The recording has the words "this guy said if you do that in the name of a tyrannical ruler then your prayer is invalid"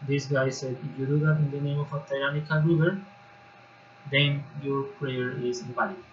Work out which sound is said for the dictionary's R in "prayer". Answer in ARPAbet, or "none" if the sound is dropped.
R